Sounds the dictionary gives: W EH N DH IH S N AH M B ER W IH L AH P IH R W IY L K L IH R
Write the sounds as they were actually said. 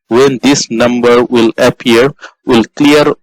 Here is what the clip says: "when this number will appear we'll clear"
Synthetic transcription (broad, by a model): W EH N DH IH S N AH M B ER W IH L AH P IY R W IY L K L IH R